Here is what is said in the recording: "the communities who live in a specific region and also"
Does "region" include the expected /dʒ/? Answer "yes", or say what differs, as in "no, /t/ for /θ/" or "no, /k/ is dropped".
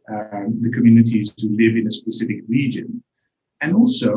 yes